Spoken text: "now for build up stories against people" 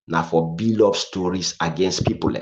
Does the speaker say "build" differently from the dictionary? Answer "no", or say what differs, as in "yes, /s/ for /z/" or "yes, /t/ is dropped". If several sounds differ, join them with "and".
yes, /d/ is dropped